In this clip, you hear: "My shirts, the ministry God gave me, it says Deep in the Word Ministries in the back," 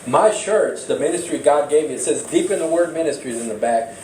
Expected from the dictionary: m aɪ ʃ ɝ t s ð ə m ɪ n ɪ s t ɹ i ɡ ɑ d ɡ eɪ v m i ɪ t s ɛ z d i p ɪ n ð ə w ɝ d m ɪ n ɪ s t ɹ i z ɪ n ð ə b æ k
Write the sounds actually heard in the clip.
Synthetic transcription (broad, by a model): m aɪ ʃ ɝ t s ð ə m ɪ n ɪ s t ɹ i ɡ ɑ d ɡ eɪ v m i ɪ t s ɛ z d i p ɪ n ð ə w ɝ d m ɪ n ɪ s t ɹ i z ɪ n ð ə b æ k